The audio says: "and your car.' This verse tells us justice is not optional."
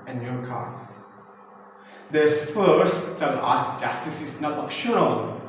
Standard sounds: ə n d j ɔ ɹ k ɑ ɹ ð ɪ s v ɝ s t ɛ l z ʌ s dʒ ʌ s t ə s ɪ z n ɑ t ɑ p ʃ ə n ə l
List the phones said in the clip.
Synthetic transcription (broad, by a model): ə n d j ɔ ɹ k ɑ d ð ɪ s f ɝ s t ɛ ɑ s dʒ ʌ s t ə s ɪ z n ɑ t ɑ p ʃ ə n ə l